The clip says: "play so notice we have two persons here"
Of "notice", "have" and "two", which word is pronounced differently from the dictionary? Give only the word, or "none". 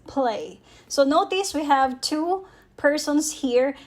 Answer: none